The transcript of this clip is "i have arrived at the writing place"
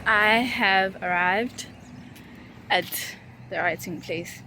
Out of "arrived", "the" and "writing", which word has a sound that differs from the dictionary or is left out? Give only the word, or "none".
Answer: none